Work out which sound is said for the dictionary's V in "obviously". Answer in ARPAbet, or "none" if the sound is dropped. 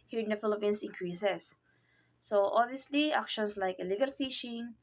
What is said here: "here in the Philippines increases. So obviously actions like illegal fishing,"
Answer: V